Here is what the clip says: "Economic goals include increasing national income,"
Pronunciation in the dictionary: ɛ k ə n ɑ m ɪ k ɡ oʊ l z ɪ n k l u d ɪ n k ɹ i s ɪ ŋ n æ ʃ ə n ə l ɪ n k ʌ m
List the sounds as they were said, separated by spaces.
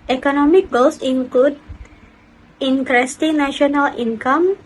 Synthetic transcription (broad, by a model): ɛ k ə n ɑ m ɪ k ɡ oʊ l s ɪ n k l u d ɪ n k ɹ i s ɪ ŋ n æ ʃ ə n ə l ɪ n k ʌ m